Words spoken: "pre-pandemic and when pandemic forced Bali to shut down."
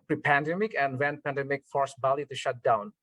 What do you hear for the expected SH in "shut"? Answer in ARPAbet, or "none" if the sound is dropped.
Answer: SH